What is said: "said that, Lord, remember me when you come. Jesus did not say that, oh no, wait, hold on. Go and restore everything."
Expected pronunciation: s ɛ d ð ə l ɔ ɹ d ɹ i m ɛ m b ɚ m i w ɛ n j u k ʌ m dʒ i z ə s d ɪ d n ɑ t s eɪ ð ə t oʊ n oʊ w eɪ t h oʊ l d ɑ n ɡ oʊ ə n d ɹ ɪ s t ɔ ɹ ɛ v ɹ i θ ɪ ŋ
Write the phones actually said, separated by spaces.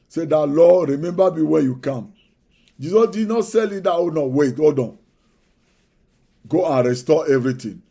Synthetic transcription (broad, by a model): s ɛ d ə l ɔ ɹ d ɹ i m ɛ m b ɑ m i w ɛ n j u k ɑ m dʒ i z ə s d ɪ d n ɑ t s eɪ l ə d oʊ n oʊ w eɪ t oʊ d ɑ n ɡ oʊ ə n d ɹ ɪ s t ɔ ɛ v ɹ i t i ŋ